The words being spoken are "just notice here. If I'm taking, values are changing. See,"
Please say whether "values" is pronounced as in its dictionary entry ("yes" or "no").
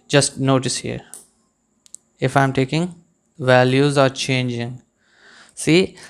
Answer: yes